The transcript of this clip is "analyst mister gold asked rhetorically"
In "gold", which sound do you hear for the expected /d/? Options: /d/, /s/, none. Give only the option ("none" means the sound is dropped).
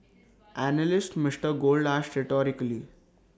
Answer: /d/